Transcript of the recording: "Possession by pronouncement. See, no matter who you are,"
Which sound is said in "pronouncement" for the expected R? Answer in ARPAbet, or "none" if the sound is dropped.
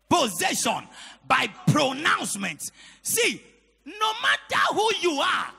R